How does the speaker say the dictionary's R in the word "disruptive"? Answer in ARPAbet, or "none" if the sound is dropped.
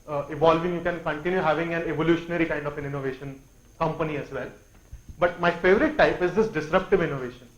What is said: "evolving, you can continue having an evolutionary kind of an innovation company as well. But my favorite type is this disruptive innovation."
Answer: R